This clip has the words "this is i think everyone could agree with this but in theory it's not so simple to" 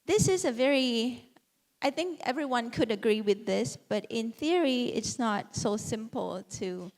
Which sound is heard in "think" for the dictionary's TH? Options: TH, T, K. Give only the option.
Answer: TH